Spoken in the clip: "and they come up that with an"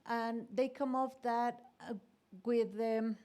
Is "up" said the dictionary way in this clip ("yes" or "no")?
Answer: no